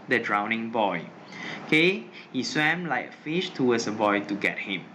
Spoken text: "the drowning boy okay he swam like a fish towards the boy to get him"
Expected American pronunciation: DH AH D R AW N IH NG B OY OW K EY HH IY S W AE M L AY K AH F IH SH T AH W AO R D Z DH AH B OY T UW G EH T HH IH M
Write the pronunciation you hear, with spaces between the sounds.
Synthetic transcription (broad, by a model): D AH D R AW N IH NG B OY OW K EY HH IY S W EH M L AY K AH F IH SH T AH W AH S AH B OY T UW G EH T HH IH M